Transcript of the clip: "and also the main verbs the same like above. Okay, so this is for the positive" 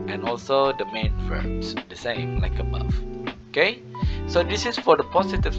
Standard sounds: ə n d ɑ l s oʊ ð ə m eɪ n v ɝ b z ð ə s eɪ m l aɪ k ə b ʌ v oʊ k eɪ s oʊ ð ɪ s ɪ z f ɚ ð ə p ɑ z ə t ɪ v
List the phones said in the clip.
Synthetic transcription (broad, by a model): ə n ɑ l s oʊ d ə m eɪ n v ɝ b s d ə s eɪ m l aɪ k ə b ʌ f oʊ k eɪ s oʊ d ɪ s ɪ s f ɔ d ə p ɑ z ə t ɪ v